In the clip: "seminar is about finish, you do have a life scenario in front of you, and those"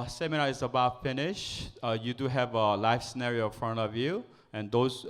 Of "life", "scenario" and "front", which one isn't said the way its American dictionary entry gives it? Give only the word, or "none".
none